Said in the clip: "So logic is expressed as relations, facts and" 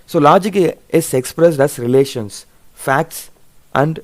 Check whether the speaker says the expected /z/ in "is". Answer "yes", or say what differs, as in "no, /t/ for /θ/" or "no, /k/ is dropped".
no, /s/ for /z/